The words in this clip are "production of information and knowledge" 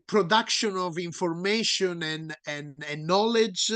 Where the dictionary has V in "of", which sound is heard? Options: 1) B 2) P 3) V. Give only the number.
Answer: 3